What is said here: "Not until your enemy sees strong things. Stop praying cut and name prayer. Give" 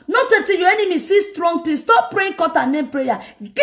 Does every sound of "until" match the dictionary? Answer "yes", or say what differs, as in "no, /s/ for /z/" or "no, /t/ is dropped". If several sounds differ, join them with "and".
no, /n/ is dropped